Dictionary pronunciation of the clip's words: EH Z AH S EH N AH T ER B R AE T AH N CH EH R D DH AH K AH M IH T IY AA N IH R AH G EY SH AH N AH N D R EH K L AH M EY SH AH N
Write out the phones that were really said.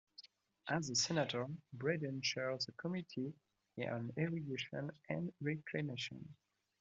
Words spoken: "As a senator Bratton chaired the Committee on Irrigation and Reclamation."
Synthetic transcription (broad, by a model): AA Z AH S EH N AH T ER B R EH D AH N SH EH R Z DH AH K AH M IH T IY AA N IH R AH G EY SH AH N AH N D R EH K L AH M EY SH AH N